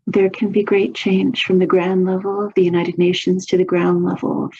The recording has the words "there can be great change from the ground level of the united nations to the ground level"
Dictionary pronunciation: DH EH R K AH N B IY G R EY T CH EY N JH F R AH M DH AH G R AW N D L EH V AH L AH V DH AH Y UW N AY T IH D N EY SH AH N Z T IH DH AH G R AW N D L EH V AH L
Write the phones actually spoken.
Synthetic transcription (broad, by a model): DH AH R K AH N B IY G R EY T CH EY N ZH F R AH M DH AH G R AW N D L EH V L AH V DH AH Y UW N AY T IH D N EY SH AH N Z T IH DH AH G R AW N D L EH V L